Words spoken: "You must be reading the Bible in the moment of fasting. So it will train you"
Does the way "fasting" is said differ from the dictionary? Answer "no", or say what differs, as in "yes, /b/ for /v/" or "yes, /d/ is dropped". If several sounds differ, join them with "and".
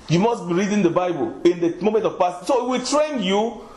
yes, /p/ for /f/